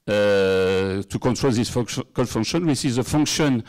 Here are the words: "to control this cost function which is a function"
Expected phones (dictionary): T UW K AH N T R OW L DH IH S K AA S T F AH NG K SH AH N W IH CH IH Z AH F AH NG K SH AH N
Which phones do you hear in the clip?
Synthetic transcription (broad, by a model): T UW K AH N T R OW L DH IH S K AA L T F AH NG K SH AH N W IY S IH Z AH F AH NG K SH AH N